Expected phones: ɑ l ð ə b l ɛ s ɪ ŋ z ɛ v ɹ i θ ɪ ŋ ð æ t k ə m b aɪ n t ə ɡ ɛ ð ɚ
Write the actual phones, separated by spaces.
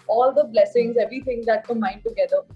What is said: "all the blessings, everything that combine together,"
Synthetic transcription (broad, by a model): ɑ l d ə b l ɛ s ɪ ŋ z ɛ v ɹ i t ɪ ŋ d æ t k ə m aɪ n t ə ɡ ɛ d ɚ